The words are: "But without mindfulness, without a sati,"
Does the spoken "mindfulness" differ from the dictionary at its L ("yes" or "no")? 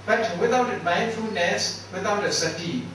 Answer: yes